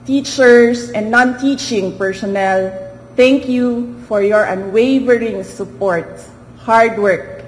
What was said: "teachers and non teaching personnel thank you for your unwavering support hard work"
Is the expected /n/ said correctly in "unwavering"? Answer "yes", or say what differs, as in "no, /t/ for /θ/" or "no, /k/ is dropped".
yes